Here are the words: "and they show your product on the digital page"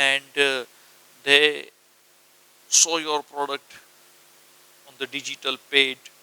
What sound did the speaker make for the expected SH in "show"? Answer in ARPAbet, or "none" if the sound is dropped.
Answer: S